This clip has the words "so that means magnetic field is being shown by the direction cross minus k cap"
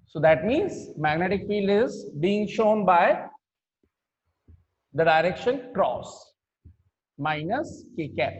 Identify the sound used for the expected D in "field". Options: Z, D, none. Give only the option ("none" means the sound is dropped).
D